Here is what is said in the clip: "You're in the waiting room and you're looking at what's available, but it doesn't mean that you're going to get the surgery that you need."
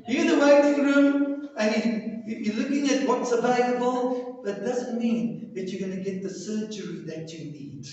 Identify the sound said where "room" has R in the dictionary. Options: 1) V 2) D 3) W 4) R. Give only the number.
4